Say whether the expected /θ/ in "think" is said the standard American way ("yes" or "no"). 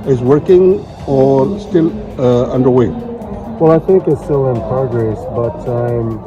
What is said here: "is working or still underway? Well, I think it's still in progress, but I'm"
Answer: yes